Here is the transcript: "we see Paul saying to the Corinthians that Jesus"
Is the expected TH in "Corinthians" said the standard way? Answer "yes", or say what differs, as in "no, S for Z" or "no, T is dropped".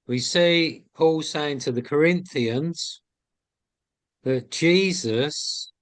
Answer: yes